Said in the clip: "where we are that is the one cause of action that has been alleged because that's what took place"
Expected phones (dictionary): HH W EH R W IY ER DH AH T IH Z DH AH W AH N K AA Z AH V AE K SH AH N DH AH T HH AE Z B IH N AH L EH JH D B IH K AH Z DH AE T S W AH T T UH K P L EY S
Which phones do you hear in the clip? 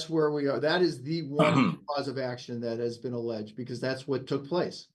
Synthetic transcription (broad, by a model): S W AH R W IY ER DH AH T IH Z DH AH W AH N K AA Z AH V AE K SH AH N DH AH T HH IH Z B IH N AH L EH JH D B IH K AH Z DH AE T S W AH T T UH K P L EY S